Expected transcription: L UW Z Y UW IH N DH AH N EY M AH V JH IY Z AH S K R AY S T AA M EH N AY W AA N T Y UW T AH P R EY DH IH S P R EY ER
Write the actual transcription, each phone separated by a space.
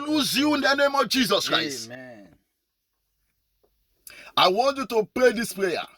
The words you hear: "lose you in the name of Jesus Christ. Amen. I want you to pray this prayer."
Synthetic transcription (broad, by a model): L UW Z Y UW IH N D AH N EY M AH V JH IY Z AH S K R AY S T AA IH W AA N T Y UW T AH P R EY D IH S P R EY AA